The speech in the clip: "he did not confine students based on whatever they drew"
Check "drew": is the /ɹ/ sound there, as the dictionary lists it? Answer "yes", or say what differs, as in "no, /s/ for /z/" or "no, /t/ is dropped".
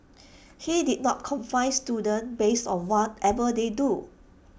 no, /ɹ/ is dropped